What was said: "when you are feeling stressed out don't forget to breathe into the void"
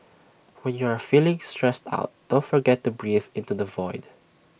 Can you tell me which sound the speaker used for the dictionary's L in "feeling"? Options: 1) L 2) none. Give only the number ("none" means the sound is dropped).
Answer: 1